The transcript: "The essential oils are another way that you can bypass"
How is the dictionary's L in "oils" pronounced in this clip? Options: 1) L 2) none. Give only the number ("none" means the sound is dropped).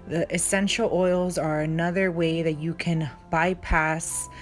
1